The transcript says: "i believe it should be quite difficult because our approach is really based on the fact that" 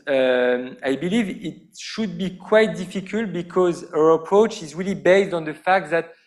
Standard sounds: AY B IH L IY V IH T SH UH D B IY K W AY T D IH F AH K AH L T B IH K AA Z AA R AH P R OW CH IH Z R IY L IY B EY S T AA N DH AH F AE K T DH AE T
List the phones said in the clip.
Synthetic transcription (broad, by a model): AY B IH L IY V IH T SH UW D B IY K W AY T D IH F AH K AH L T B IH K AA Z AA R AH P R OW CH IH Z R IY L IY B EY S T AA N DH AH F AE K T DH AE T